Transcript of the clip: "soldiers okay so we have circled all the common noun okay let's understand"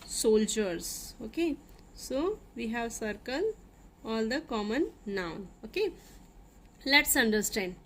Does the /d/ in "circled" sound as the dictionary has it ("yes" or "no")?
no